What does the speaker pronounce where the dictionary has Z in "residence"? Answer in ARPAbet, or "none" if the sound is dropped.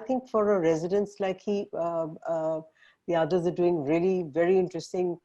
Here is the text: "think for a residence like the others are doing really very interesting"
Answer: Z